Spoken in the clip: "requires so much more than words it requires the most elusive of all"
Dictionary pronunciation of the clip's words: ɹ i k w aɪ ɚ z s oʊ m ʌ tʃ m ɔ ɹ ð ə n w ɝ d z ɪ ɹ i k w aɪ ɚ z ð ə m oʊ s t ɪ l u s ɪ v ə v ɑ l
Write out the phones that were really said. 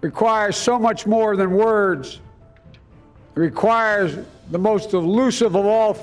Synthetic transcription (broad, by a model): ɹ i k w aɪ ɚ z s oʊ m ʌ tʃ m ɔ ɹ ð ə n w ɝ d z ɹ i k w aɪ ɚ z ð ə m oʊ s t ɪ l u s ɪ v ə v ɑ l